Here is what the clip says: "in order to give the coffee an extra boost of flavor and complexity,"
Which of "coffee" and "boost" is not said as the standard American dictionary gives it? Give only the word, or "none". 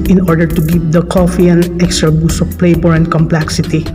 boost